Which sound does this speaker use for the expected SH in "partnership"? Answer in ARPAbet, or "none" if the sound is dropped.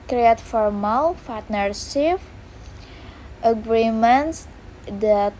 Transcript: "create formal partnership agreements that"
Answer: S